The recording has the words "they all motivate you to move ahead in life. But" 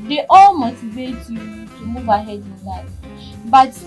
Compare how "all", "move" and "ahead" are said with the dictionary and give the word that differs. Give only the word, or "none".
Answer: none